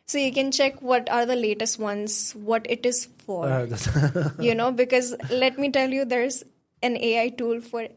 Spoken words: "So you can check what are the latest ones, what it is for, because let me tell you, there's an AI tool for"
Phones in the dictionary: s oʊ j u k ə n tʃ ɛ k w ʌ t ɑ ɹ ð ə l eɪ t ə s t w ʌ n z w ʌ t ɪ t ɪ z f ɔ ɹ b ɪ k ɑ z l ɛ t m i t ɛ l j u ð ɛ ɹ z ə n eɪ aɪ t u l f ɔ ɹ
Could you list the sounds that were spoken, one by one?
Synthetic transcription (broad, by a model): s oʊ j u k ə n tʃ ɛ k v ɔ t ɑ ɹ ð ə l eɪ t ə s t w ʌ n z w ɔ t ɪ t ɪ z f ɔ ɹ b ɪ k ɑ z l ɛ t m i t ɛ l j u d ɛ ɹ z ə n eɪ aɪ t u l f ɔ ɹ